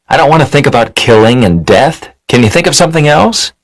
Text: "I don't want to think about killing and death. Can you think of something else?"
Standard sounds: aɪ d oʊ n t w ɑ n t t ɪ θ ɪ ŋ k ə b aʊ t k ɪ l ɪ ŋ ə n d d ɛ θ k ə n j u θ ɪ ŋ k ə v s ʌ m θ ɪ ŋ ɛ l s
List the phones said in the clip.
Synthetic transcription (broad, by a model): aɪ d oʊ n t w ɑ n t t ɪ θ ɪ ŋ k ə b aʊ t k ɪ l ɪ ŋ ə n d d ɛ θ k ə n j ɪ θ ɪ ŋ k ə v s ʌ m θ ɪ ŋ ɛ l s